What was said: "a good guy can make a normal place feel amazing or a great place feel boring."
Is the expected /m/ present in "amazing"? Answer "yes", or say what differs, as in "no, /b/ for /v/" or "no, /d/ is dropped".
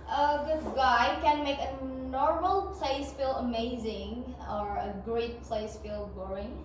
yes